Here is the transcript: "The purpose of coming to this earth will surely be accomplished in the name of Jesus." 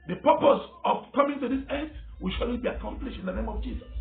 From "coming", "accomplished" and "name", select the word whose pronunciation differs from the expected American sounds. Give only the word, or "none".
none